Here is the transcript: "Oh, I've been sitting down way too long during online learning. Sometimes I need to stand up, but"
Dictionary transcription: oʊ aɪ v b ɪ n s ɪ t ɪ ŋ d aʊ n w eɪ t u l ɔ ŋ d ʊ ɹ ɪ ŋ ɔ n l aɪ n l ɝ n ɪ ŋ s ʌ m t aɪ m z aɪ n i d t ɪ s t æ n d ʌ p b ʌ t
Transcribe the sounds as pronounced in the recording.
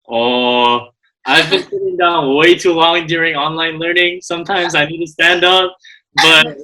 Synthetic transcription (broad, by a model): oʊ aɪ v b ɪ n s ɪ t ɪ ŋ d aʊ n w eɪ t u w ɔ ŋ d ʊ ɹ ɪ ŋ ɔ n l aɪ n l ɝ n ɪ ŋ s ʌ m t aɪ m z aɪ n i d t ɪ s t æ n d ʌ p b ʌ t